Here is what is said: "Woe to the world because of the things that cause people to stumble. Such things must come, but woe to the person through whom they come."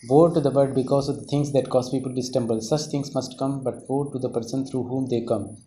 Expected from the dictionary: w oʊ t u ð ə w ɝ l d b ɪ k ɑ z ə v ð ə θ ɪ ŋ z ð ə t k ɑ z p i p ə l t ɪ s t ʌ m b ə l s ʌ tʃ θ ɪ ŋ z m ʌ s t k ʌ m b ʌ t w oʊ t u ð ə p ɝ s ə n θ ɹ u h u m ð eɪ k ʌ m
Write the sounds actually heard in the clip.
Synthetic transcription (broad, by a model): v oʊ t u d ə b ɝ d b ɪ k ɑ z ə v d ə t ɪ ŋ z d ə t k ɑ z p i p ə l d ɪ s t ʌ m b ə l s ʌ tʃ t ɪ ŋ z m ʌ s t k ʌ m b ʌ t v oʊ t u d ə p ɝ s ə n t ɹ u h u m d eɪ k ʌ m